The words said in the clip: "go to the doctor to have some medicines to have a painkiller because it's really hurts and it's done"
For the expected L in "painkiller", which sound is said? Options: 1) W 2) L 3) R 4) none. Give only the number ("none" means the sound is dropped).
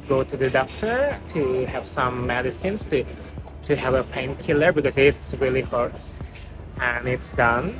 2